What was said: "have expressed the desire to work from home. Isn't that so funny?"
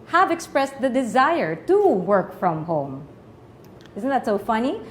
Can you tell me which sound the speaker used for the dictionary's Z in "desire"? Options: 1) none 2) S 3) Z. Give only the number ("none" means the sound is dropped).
3